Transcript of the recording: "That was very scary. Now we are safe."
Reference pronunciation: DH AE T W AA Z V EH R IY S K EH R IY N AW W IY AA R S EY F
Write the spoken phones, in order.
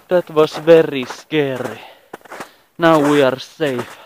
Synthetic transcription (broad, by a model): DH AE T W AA S V EH R IY S K EH R IY N AW W IY AA R S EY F